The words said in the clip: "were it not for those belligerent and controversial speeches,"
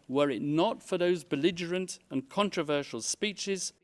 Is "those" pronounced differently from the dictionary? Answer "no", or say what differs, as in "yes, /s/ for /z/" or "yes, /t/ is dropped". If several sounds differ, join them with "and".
no